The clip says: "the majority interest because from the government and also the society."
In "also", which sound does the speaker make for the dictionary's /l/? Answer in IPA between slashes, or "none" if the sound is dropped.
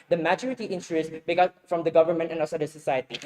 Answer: none